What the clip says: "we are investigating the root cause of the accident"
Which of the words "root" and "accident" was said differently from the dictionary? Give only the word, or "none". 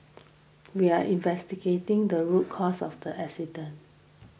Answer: accident